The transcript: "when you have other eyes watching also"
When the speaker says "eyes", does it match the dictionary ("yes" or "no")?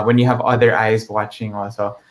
yes